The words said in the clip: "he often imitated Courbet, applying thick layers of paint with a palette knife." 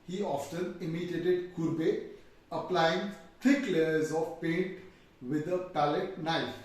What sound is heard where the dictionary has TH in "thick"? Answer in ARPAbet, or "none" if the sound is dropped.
T